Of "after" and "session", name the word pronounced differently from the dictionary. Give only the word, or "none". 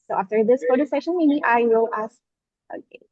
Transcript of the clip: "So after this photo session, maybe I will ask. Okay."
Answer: none